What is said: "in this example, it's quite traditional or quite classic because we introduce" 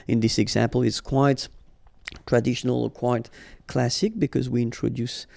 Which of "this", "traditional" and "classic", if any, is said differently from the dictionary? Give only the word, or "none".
none